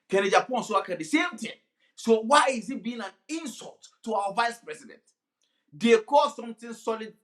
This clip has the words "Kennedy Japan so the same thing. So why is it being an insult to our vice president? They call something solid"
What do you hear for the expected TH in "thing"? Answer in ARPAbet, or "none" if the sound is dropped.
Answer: T